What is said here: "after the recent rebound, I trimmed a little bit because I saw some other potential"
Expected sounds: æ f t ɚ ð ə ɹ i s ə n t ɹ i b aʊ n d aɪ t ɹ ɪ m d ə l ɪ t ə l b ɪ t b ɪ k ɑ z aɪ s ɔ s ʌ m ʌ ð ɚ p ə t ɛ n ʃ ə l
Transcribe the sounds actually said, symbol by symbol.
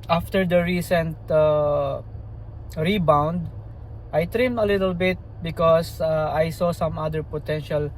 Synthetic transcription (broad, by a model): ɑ f t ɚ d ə ɹ i s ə n t ɹ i b aʊ n d aɪ t ɹ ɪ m ə l ɪ t ə l b ɪ t b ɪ k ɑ s aɪ s ɔ s ʌ m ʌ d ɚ p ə t ɛ n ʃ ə l